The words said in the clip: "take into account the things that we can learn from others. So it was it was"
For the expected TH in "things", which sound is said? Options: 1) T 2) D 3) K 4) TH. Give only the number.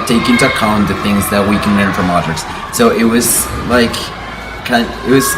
4